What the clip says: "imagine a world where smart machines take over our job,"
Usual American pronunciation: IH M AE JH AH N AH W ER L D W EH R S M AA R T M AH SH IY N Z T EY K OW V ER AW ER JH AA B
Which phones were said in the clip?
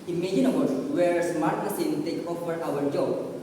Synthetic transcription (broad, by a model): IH M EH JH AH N AH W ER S W EH R S M AA R T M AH S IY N T EY K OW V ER AW ER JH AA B